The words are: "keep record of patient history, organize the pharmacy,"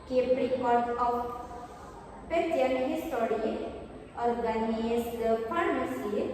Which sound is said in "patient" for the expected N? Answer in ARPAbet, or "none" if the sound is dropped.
none